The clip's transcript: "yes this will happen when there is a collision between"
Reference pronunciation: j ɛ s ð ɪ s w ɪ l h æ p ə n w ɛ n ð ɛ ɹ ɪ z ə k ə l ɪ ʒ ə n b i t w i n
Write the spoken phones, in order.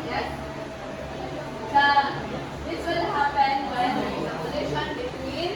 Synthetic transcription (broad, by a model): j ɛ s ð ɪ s w ɪ l h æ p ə n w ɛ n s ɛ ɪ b ə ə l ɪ ʃ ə n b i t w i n